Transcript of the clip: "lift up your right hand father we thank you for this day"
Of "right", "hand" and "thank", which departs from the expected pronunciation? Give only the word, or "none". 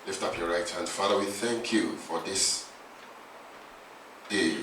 none